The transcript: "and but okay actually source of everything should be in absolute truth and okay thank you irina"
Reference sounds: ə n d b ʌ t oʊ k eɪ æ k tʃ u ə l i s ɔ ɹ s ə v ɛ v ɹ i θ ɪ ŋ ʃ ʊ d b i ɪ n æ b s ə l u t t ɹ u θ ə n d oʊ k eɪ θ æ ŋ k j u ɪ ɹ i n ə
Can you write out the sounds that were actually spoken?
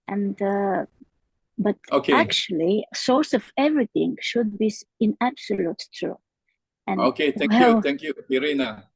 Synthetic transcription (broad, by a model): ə n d b ʌ t oʊ k eɪ æ k tʃ u ə l i s ɔ ɹ s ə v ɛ v ɹ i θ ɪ ŋ ʃ ʊ d b i ɪ n æ b s ə l u t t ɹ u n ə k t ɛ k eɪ t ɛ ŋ k j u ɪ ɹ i n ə